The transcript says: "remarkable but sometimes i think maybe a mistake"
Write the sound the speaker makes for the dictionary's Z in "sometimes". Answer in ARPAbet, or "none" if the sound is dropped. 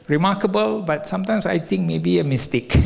S